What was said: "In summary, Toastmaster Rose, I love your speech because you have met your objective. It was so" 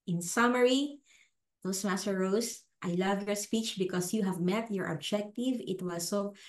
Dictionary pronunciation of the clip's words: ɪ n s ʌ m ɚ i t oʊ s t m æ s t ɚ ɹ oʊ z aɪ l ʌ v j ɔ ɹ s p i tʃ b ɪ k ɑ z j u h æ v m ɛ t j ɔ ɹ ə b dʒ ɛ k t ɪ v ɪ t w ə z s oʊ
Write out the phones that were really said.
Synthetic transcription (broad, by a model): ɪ n s ʌ m ɚ i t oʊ s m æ s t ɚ ɹ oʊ s aɪ l ʌ v j ɔ ɹ s p i tʃ b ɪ k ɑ s j u h æ v m ɛ t j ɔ ɹ ə b dʒ ɛ k t ɪ v ɪ t w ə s oʊ